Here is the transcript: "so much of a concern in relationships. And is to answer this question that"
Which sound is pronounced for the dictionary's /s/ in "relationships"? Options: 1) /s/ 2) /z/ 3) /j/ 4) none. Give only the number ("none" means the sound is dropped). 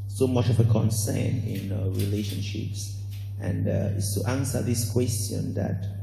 1